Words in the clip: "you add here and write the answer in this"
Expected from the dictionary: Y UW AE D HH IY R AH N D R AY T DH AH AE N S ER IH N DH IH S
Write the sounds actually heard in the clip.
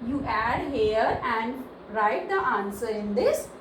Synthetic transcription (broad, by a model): Y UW AE D HH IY R AH N D R AY T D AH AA N S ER IH N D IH S